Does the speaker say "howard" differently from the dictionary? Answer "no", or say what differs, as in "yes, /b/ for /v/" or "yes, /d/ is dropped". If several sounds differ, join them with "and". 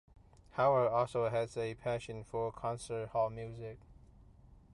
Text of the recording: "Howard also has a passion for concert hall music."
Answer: yes, /d/ is dropped